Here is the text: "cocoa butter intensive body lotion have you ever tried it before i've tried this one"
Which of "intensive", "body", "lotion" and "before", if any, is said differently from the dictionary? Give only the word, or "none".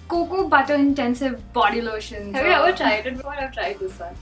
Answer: before